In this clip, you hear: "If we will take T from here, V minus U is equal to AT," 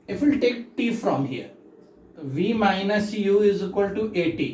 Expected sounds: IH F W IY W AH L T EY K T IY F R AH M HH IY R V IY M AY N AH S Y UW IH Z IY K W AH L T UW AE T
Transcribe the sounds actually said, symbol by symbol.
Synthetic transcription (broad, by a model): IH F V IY L T EY K T IY F R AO M HH IY R V IY M AY N AH S Y UW IH Z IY K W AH L T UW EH T